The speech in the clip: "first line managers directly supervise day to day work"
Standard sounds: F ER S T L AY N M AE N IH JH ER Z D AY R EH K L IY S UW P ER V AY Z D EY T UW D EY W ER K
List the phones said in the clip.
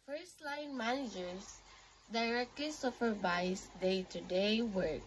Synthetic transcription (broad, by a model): F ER S T L AY N M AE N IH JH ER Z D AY R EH K L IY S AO F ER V AY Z D EY T UW D EY W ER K